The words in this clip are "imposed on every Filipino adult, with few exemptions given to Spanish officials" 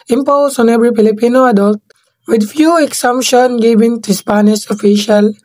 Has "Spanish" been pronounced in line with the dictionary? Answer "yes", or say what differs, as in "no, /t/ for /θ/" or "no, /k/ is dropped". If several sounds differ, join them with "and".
no, /s/ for /ʃ/